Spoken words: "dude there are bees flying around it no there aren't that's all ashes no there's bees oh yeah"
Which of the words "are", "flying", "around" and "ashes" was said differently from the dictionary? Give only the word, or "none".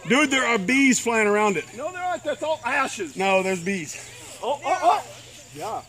none